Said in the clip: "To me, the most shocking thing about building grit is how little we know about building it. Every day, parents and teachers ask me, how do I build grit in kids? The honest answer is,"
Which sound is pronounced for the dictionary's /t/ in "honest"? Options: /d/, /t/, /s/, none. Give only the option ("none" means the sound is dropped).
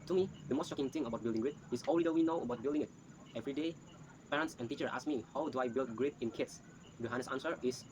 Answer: none